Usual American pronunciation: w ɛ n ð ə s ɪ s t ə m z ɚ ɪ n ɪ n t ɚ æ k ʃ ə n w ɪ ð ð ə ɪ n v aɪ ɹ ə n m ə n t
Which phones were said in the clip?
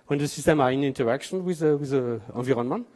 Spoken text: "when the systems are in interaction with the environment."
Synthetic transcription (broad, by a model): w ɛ n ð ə s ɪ s t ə m ɑ ɪ n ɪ n t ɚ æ k ʃ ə n w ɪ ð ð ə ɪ v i ɹ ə n m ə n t